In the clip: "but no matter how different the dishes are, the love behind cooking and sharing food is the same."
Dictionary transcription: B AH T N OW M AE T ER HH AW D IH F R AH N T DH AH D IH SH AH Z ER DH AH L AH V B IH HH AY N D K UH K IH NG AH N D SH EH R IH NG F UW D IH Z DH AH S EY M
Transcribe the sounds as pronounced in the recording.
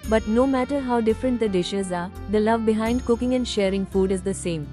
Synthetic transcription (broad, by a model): B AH T N OW M AE T ER HH AW D IH F R AH N T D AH D IH SH AH Z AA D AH L AH V B IH HH AY N D K UH K IH NG AH N D SH EH R IH NG F UW D IH Z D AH S EY M